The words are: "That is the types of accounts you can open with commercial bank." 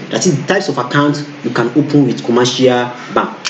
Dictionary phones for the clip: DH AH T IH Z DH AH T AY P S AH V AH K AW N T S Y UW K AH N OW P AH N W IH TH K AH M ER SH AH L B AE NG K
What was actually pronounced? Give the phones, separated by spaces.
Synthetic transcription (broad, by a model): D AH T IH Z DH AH T AY P S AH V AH K AW N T Y UW K AH N OW P AH N W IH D K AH M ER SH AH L B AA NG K